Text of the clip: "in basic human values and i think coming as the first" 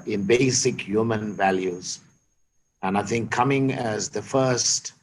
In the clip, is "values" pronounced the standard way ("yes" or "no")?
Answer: yes